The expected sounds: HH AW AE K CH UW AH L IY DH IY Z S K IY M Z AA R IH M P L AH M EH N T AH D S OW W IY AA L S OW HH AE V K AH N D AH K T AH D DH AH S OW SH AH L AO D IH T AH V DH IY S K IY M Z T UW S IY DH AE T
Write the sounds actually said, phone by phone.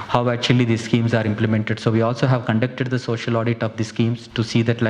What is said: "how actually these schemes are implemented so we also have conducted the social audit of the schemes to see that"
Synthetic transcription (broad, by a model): HH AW AE K CH UW AH L IY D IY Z S K IY M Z AA R IH M P L AH M EH N T AH D S OW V IY AA L S OW HH AE V K AH N D AH K T AH D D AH S OW SH AH L AO D IH T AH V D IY S K IY M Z T UW S IY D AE T